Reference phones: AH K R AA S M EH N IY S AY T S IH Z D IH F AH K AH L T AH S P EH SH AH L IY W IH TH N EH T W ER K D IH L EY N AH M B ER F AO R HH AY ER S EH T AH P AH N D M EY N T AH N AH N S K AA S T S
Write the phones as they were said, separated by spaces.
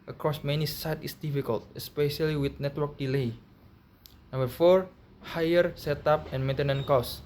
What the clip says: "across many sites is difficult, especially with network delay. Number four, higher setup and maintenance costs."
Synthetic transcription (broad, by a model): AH K R AA S M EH N IY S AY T IH S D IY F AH K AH L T AH S P EH SH AH L IY W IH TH N EH T W ER K D IH L EY N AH M B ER F AO R HH AY ER S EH T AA P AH N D M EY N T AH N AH N K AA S S